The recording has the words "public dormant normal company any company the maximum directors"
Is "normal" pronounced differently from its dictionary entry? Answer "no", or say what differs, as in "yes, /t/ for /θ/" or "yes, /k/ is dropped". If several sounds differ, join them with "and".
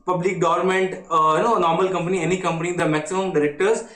no